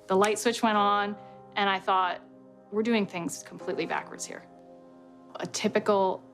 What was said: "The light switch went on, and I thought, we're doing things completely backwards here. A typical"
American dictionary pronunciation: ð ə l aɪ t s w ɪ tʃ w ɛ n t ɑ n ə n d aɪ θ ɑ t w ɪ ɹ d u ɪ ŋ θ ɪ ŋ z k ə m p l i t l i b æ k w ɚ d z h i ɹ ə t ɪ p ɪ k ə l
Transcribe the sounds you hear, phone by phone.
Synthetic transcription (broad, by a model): ð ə l aɪ t s w ɪ tʃ w ɛ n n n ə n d aɪ θ ɑ t w ɪ ɹ d u ɪ ŋ θ ɪ ŋ z k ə m p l i t l i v æ k w ɚ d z h i ɹ ə t ɪ p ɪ k l